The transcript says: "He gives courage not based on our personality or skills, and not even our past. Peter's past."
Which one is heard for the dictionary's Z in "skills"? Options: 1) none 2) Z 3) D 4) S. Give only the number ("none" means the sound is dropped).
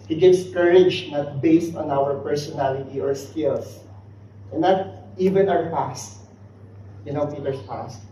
4